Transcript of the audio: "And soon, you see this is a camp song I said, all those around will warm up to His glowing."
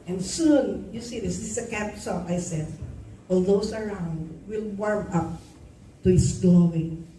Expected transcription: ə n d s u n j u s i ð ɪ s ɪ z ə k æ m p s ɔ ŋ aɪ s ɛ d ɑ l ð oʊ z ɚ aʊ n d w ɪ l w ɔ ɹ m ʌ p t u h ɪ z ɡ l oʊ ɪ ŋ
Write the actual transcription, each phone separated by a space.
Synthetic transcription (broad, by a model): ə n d s u n j u s i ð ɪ s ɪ s ə k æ p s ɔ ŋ aɪ s ɛ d ɑ l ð oʊ s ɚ aʊ n d w ɪ l w ɔ ɹ m ʌ p t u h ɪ s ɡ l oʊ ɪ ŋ